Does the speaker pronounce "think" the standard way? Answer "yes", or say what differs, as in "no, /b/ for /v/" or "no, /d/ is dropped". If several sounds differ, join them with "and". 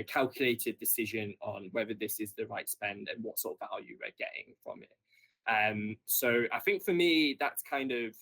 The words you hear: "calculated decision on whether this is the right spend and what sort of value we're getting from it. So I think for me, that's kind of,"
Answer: yes